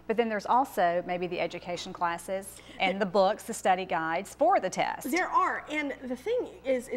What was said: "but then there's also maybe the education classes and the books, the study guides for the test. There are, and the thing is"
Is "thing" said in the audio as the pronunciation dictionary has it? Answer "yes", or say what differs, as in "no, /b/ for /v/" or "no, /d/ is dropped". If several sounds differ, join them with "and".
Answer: yes